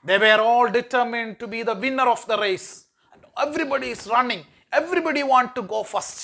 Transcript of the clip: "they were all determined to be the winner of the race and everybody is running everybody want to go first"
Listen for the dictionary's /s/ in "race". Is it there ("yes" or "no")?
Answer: no